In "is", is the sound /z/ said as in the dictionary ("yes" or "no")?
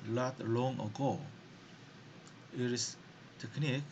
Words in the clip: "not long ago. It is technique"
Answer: no